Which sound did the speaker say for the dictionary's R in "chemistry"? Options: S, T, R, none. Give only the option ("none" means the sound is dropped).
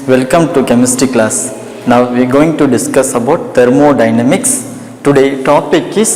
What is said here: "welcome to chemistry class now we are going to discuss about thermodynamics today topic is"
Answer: none